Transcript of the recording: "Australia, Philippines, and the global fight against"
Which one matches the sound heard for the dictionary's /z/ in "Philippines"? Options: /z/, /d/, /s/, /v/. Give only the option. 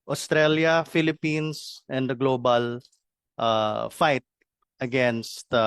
/s/